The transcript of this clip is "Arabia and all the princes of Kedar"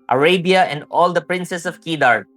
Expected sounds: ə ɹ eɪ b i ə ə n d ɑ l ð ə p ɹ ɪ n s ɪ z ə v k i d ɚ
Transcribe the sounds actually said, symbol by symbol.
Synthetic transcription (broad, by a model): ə ɹ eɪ b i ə ə n d ɑ l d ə p ɹ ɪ n s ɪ s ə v k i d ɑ